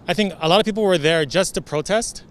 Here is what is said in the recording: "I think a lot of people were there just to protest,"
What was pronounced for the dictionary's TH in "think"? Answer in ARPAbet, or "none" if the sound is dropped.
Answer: TH